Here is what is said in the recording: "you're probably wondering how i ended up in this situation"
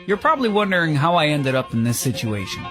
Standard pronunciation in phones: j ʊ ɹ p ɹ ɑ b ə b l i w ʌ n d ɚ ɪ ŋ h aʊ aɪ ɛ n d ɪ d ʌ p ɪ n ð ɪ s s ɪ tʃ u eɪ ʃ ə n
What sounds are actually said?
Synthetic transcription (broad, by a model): j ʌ ɹ p ɹ ɑ b ə b l i w ʌ n d ɚ ɪ ŋ h aʊ aɪ ɛ n d ɪ d ʌ p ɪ n ð ɪ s s ɪ tʃ u eɪ ʃ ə n